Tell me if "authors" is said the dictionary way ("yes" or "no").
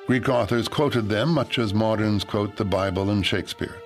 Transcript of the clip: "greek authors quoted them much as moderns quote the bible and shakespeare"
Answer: yes